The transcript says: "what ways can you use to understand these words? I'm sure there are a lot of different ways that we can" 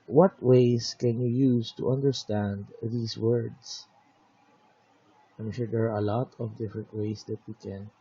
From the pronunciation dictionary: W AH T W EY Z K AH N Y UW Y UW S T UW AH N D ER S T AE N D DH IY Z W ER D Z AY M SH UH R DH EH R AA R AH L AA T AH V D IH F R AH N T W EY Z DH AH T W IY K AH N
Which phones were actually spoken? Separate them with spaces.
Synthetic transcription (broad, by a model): W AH T W EY S K AH N Y UW Y UW S T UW AH N D ER S T AE N D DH IY S W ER D S AY M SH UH R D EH R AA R AH L AA T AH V D IH F R AH N T W EY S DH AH T W IY K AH N